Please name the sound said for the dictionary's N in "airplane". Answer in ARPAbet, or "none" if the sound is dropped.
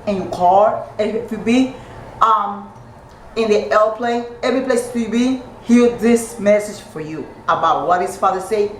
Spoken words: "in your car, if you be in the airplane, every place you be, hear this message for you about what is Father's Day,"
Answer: none